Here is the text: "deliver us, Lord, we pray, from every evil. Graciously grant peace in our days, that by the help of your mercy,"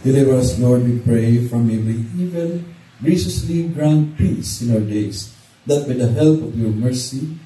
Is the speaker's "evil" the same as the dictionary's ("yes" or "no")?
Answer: no